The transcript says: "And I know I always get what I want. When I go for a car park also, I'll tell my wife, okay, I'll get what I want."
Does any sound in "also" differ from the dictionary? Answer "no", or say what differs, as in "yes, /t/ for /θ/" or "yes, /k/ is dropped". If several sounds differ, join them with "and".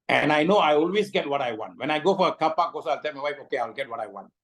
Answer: yes, /l/ is dropped